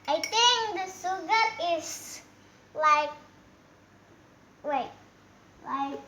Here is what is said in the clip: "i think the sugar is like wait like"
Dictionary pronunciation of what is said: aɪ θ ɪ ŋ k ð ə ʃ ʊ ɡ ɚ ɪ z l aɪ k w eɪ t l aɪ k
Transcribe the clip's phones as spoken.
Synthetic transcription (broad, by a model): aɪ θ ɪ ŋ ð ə s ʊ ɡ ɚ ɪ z l aɪ k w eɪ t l aɪ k